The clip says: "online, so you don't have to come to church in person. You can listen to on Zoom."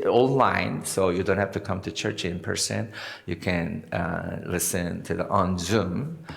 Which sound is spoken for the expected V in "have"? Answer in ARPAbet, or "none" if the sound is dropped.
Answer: F